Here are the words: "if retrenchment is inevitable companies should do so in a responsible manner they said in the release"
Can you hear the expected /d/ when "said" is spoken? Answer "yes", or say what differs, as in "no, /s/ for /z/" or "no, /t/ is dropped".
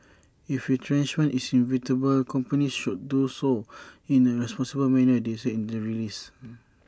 no, /d/ is dropped